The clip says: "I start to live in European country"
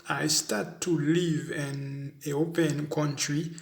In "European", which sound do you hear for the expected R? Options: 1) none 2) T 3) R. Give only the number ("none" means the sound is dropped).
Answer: 1